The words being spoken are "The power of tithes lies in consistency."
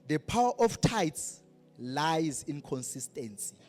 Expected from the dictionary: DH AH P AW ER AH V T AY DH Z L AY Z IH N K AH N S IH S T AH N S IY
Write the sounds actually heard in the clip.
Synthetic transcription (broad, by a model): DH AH P AW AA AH F T AY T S L AY Z IH N K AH N S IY S T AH N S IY